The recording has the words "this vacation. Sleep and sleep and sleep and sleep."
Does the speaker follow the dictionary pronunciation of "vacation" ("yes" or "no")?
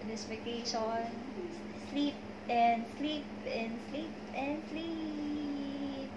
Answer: no